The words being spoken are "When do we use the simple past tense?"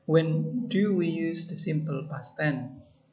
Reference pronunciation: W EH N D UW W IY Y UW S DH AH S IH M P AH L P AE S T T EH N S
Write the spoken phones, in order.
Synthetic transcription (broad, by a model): W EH N D UW W IY Y UW S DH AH S IH M P AH L B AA S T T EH N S